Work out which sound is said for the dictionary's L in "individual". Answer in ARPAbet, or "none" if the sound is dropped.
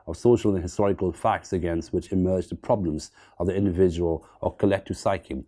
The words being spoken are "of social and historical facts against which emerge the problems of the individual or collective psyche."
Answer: L